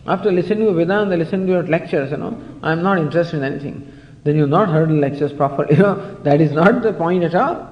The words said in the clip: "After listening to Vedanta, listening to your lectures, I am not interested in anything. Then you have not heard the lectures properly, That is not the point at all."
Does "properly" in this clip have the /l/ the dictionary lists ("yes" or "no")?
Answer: no